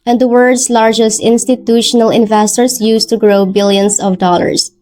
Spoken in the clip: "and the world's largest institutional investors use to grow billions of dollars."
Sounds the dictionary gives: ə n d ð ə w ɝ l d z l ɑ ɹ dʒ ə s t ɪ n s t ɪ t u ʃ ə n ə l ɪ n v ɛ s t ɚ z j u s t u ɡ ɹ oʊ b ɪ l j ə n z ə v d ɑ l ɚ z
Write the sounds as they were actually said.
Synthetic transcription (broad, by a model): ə n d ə w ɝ d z l ɑ ɹ dʒ ə s t ɪ n s t ɪ t u ʃ ə n ə l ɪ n v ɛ s t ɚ s j u s t u ɡ ɹ oʊ b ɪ l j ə n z ə v d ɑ l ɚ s